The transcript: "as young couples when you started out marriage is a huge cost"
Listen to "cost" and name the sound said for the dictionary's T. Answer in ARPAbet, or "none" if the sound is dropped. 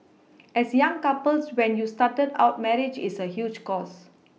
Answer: none